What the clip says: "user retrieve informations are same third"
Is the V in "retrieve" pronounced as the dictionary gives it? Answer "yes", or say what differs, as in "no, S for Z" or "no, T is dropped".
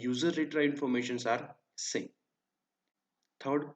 no, V is dropped